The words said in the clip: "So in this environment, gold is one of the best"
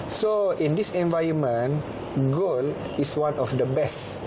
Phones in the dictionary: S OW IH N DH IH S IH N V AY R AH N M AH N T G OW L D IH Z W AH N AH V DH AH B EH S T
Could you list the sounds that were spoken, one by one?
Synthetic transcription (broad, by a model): S OW IH N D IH S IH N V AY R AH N M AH N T G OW L IH S W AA N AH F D AH B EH S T